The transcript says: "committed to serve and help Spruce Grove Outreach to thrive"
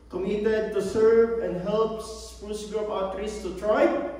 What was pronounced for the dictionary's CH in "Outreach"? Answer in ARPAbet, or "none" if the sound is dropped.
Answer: S